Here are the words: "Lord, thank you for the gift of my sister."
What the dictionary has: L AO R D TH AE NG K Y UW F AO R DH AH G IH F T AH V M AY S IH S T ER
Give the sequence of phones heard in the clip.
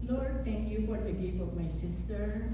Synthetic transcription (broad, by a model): L AO R D T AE NG K Y UW F AO R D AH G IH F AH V M AY S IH S T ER